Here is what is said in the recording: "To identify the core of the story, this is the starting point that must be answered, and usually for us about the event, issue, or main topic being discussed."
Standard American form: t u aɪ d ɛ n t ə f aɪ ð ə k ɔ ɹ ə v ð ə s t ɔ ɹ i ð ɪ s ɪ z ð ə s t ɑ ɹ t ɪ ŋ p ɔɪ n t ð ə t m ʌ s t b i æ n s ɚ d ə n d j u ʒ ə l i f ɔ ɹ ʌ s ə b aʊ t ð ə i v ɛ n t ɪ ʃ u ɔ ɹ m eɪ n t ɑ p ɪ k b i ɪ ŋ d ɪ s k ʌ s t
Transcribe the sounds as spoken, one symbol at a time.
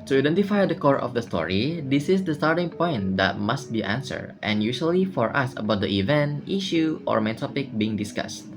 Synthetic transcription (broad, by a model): t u aɪ d ɛ n t ə f aɪ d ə k ɔ ɹ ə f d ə s t ɔ ɹ i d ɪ s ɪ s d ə s t ɑ ɹ t ɪ ŋ p ɔɪ n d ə t m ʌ s t b i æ n s ɚ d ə n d j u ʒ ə l i f ɔ ɹ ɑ s ə b aʊ t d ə i v ɛ n t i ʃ u ɔ ɹ m eɪ n t ɑ p ɪ k b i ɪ ŋ d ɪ s k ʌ s t